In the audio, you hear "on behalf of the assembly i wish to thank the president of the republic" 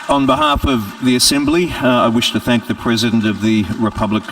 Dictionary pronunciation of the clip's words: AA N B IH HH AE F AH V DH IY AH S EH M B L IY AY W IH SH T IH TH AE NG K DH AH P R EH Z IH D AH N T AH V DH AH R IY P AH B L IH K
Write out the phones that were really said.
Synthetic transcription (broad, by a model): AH N B IH HH AE F AH V DH IY AH S EH M B L IY AY W IH SH T IH TH AE NG K DH AH P R EH Z IH D AH N T AH V DH AH R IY P AH B L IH K